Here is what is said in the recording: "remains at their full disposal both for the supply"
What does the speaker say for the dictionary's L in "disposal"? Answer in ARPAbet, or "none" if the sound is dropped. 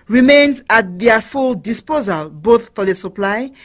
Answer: L